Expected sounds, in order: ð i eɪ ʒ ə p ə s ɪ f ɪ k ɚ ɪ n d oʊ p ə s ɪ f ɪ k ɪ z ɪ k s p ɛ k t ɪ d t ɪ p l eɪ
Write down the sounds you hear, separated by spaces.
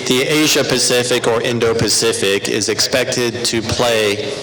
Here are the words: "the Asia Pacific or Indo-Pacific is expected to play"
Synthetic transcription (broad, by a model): ð i eɪ ʒ ə p ə s ɪ f ɪ k ɚ ɪ n d oʊ p ə s ɪ f ɪ k ɪ z ɪ k s p ɛ k t ɪ d t ɪ p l eɪ